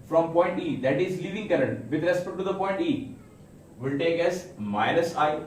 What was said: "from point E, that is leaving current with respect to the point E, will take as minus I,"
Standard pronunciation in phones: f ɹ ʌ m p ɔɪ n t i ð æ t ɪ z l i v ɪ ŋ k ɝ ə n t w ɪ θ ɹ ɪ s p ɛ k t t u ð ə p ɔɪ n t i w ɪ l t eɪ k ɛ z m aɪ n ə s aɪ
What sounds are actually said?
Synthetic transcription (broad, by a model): f ɹ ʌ m p ɔɪ n t i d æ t ɪ z l i v ɪ ŋ k ɝ ə n t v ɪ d ɹ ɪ s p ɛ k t t u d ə p ɔɪ n t i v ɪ l t eɪ k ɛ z m aɪ n ə s aɪ